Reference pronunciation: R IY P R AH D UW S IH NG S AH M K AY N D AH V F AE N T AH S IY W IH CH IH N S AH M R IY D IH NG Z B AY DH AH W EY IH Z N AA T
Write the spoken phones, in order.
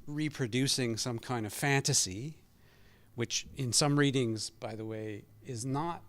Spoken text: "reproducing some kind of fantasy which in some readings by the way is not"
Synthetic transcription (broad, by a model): R IY P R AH D UW S IH NG S AH M K AY N D AH V F AE N T AH S IY W IH CH IH N S AH M R IY D IH NG Z B AY DH AH W EY IH Z N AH T